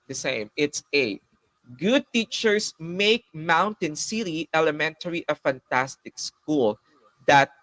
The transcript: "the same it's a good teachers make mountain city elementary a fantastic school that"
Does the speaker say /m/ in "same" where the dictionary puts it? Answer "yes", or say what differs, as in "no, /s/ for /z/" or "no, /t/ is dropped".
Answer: yes